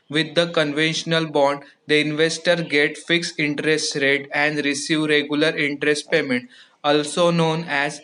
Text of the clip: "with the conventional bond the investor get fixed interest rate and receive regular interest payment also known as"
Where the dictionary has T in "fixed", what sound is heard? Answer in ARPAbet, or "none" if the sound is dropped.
none